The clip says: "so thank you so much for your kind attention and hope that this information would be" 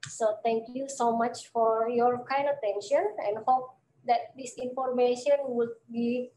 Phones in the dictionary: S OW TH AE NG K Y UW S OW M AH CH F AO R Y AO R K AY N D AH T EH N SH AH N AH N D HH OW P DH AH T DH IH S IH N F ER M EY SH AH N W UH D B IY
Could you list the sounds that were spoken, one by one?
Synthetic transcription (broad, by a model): S OW T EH NG K Y UW S OW M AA CH F AO R Y AO R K AY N AH T EH N SH AH N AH N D HH OW P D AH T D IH S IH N F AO M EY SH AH N W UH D B IY